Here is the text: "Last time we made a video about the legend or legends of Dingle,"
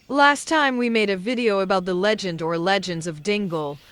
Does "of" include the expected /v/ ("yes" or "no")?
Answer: yes